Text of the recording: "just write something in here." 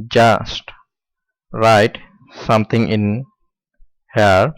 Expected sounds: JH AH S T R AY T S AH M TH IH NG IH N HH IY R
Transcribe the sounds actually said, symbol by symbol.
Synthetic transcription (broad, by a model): JH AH S T R AY T S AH M T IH NG IH N HH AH R